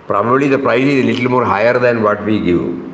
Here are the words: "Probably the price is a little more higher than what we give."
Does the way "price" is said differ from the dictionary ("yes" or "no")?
no